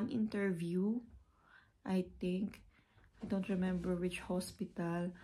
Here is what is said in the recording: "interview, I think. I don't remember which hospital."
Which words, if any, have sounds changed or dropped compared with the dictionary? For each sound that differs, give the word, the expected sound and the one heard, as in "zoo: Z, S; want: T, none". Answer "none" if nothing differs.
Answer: think: TH, T